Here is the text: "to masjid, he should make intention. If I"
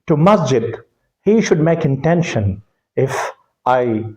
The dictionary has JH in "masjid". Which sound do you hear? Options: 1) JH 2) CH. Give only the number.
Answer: 1